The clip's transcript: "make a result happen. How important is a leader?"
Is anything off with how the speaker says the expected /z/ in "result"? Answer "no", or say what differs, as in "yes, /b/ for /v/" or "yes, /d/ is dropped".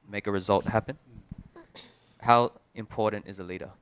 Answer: no